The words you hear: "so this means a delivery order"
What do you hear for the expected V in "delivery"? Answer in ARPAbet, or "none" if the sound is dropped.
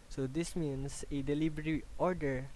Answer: B